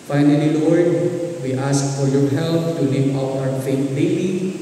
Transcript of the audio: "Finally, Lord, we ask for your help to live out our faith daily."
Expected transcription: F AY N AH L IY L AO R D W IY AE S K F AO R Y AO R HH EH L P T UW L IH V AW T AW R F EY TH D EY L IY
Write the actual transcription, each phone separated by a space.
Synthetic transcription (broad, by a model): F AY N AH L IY W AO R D W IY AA S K F AO R Y AO R HH EH L P T UW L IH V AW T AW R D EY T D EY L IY